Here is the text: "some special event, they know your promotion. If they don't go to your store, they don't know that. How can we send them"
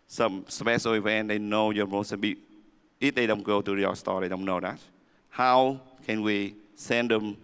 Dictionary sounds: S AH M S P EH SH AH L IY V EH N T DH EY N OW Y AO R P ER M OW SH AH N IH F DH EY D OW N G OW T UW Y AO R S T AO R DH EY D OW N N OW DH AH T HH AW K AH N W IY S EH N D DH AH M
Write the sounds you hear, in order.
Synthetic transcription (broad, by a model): S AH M S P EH S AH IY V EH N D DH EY N OW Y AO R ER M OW S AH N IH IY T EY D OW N G OW T UW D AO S T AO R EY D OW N N OW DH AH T HH AW K AH N W IY S EH N D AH M